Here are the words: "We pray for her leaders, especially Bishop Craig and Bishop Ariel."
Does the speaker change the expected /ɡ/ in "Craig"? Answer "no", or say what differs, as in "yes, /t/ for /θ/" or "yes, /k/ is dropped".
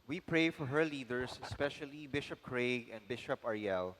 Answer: no